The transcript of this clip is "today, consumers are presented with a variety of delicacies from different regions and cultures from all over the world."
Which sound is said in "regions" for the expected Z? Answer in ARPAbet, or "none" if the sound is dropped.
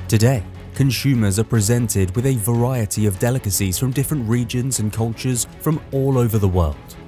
Z